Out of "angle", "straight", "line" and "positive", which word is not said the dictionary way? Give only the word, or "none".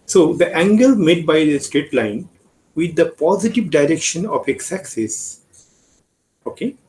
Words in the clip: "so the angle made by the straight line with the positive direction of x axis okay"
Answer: none